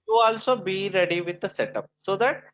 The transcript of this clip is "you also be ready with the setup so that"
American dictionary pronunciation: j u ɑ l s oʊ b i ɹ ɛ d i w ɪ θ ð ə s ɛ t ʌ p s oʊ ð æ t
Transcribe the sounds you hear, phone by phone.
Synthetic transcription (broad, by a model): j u ɑ l s oʊ b i ɹ ɛ d i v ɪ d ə s ɛ t ʌ p s oʊ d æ t